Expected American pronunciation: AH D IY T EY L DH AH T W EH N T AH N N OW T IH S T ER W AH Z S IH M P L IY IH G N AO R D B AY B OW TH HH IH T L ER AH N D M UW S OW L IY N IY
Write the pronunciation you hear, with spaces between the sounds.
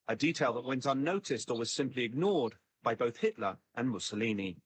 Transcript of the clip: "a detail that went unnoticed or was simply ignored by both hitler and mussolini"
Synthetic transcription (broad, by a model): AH D IY T EY L DH AH T W EH N T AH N N OW T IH S T ER W AH Z S IH M P L IY IH G N AO R D B AY B OW TH HH IH T L ER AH N M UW S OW L IY N IY